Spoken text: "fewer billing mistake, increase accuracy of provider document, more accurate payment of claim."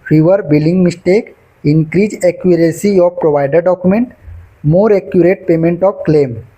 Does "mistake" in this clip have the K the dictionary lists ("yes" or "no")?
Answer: yes